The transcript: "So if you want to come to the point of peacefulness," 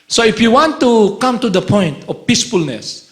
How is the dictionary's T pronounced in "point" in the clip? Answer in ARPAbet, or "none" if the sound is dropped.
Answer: T